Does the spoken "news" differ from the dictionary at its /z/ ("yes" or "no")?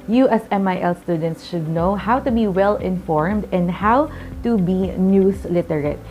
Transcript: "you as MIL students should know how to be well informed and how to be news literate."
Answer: yes